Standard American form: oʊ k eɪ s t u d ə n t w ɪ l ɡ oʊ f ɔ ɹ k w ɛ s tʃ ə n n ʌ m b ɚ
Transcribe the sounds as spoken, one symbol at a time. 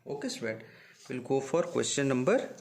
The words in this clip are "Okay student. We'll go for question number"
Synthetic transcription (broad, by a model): oʊ k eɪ s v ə t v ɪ l ɡ oʊ f ɔ ɹ k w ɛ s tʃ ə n n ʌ m b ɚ